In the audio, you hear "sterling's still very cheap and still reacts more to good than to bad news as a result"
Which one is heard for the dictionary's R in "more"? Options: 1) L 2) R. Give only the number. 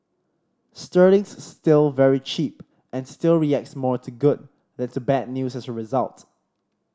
2